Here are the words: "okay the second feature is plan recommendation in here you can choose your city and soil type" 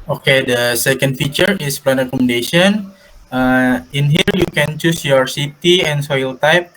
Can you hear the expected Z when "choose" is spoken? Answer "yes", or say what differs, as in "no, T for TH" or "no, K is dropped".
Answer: no, S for Z